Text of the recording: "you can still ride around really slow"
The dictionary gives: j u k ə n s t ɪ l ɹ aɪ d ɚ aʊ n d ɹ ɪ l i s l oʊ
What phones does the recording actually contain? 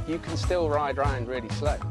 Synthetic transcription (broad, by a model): j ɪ k ə n s t ɪ l ɹ aɪ d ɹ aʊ n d ɹ ɪ l i s l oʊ